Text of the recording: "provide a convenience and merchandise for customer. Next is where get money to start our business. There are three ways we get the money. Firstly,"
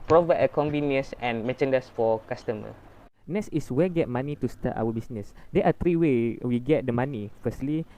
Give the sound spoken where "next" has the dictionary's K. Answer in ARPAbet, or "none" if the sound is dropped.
none